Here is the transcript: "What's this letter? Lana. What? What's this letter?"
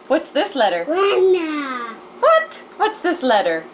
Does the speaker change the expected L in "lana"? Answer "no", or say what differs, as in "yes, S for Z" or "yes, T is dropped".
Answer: yes, W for L